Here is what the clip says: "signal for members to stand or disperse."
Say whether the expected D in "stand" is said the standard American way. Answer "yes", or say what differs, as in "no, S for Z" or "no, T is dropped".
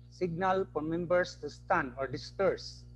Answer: no, D is dropped